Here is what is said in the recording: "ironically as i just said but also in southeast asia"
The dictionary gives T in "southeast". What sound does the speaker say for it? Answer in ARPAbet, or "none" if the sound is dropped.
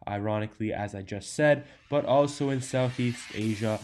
T